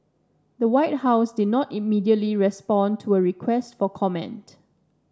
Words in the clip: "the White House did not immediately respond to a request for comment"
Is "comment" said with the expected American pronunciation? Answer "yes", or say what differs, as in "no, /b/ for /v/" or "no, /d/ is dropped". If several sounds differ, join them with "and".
yes